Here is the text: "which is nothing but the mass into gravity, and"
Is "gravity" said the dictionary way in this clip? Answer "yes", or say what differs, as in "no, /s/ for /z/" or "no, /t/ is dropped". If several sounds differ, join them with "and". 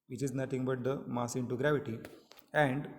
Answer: yes